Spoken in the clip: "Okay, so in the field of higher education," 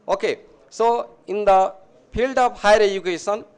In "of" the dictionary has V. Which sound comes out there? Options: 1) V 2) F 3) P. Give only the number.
3